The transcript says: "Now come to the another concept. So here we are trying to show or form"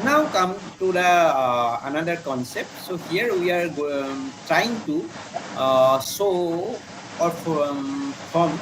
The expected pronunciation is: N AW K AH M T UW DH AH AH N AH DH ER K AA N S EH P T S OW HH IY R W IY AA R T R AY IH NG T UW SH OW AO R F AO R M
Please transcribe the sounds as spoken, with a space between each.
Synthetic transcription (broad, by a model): N AW K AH M T UW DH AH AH N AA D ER K AA N S EH P T S OW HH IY R W IY AA R T R AY IH NG T UW S OW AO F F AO M